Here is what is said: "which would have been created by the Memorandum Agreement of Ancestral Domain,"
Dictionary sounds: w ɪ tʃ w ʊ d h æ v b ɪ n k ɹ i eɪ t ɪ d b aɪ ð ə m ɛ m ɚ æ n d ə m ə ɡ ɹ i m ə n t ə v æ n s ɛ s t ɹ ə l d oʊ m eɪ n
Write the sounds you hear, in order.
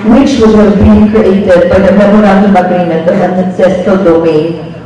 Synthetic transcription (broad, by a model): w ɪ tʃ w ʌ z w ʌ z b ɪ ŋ k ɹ i eɪ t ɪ d b aɪ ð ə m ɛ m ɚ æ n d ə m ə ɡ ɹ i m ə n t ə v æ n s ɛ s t ə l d oʊ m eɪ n